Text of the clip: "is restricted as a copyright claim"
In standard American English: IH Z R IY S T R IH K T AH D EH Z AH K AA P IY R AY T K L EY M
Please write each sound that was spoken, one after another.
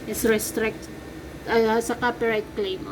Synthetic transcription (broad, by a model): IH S R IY S T R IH K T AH AA S AH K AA P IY R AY K L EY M